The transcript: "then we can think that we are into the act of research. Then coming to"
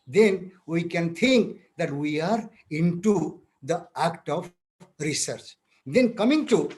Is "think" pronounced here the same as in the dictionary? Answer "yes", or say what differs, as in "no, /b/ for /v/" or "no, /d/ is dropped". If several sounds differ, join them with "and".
no, /t/ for /θ/